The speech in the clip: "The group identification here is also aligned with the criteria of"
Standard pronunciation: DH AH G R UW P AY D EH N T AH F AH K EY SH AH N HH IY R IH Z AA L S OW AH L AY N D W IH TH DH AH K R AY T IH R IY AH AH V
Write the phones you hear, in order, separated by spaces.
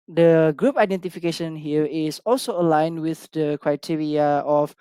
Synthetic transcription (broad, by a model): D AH G R UW P AY D EH N T AH F AH K EY SH AH N HH IY R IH S AA L S OW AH L AY N W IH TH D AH K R AY T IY R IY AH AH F